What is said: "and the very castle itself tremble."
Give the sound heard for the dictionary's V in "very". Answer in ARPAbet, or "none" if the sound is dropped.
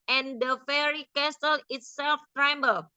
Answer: F